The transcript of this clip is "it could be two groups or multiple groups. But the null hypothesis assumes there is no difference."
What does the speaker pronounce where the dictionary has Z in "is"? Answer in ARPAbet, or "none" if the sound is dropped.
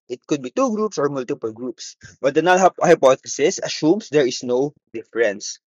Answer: S